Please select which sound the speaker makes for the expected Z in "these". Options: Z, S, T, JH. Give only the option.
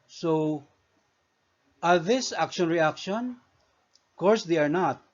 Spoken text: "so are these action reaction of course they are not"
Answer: S